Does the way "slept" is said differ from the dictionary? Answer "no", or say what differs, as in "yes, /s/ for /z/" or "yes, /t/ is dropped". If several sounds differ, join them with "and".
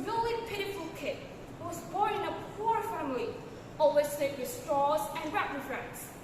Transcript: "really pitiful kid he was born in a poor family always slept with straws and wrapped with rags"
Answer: yes, /p/ is dropped